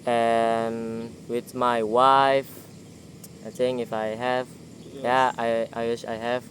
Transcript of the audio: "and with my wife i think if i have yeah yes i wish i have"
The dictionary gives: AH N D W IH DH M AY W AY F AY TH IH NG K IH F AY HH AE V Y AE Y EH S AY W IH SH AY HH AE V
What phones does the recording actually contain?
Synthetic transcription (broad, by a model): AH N W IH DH M AY W AY F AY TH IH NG IH F AY HH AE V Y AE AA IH AY W IH SH AY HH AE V